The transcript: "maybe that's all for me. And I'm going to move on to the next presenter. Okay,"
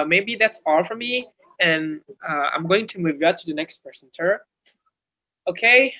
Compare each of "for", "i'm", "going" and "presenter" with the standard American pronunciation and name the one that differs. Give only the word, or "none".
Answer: presenter